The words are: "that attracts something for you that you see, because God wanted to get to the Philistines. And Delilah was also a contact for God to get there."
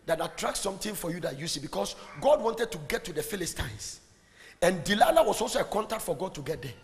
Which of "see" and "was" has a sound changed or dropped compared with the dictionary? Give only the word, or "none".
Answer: was